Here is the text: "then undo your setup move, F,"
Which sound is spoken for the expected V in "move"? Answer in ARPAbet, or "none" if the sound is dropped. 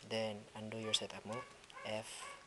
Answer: none